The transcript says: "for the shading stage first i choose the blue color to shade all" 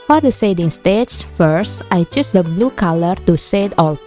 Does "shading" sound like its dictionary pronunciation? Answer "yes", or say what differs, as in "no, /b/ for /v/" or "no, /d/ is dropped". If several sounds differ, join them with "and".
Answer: no, /s/ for /ʃ/